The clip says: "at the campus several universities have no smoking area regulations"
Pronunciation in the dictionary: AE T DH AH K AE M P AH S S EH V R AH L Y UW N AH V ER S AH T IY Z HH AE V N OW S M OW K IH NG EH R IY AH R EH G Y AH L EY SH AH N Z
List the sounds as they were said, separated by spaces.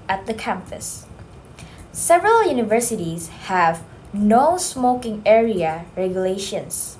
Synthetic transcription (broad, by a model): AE T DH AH K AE M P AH S S EH V R AH L Y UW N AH V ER S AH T IY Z HH AE V N OW S M OW K IH NG EH R IY AH R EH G Y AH L EY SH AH N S